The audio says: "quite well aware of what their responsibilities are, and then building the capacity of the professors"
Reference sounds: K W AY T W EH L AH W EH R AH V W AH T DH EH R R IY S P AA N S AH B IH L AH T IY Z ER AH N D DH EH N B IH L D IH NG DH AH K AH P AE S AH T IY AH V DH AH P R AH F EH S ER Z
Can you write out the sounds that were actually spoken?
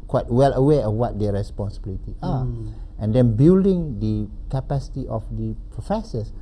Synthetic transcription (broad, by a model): K W AY T W EH L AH W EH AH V W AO T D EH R R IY S P AA N S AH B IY L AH T IY AA AH N D EH N B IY L D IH NG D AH K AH P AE S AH T IY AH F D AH P R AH F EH S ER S